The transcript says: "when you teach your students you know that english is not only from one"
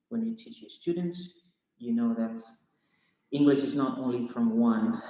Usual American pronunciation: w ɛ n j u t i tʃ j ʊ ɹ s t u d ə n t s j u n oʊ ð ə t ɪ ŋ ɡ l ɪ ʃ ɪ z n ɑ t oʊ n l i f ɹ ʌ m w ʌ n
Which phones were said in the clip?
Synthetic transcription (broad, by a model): w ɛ n j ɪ t i tʃ j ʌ ɹ s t u d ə n t s j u n oʊ ð ə t ɪ ŋ ɡ l ɪ ʃ ɪ z n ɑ t oʊ n l i f ɹ ʌ m w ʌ n